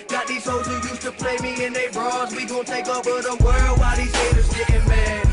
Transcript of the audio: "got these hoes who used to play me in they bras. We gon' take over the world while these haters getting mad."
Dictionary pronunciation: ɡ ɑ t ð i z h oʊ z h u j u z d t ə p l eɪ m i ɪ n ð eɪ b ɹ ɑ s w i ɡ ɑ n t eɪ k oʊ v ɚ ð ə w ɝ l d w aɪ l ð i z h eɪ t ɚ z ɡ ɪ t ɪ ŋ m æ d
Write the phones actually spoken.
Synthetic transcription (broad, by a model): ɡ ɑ t ð i z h oʊ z h u j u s t ə p l eɪ m i ɪ n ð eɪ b ɹ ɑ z w i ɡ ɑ t eɪ k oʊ b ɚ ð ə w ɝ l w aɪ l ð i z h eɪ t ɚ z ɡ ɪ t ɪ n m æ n